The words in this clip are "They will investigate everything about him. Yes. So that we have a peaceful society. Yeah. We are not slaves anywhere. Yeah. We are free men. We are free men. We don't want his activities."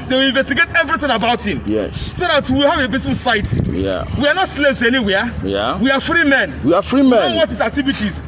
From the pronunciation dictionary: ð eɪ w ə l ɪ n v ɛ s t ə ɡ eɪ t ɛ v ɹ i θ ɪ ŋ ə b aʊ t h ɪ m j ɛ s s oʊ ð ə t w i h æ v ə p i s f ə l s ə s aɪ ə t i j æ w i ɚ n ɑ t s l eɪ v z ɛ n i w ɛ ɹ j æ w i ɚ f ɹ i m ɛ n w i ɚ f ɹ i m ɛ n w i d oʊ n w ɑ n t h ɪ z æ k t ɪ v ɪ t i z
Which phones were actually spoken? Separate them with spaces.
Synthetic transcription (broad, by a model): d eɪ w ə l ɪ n v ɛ s t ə ɡ eɪ t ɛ v ɹ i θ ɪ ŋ ə b aʊ t h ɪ m j ɛ s s oʊ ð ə t w i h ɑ v ə b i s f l s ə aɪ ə t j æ w i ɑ n ɑ t s l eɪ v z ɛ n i w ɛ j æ w i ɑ f ɹ i m ɛ n w i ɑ f ɹ i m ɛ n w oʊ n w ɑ t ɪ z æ k t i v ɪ t i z